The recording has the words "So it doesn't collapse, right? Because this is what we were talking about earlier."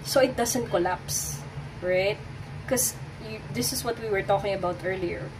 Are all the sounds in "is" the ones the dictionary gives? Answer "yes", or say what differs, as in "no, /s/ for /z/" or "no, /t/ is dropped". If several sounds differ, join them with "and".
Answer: no, /s/ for /z/